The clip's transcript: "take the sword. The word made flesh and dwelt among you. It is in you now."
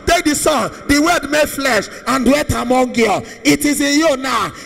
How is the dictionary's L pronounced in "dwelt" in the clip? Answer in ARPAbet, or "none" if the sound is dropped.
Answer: none